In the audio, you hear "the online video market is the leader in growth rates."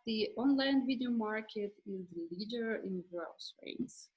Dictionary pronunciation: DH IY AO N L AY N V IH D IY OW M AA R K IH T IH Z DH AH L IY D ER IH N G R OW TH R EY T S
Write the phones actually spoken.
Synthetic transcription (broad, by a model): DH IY AO N L AY N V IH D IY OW M AA R K IH T IH Z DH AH L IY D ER IH N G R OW S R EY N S